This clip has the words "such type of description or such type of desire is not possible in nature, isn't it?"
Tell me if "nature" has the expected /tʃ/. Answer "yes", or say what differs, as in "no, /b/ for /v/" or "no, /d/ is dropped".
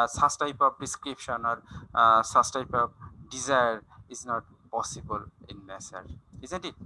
no, /s/ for /tʃ/